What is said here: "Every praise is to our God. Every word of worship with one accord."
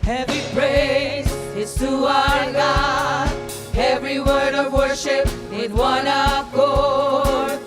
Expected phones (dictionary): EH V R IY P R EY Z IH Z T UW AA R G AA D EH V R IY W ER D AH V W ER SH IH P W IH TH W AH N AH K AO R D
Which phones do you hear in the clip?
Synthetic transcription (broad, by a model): EH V R IY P R EY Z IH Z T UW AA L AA EH V R IY W ER D AH V W ER SH IH P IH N W AH N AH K AO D